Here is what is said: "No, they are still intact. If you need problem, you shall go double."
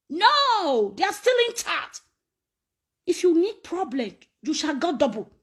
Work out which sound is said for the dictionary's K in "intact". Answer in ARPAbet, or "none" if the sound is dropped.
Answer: none